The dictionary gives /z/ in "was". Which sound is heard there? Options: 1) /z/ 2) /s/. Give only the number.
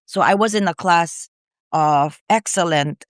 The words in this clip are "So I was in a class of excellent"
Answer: 1